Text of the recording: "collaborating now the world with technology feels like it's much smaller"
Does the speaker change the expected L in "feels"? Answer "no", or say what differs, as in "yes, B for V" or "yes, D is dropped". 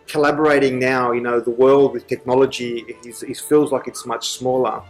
no